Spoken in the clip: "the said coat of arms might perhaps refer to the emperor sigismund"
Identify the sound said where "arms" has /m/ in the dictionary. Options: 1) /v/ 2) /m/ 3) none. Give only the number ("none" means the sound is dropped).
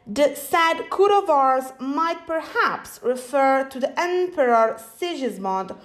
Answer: 3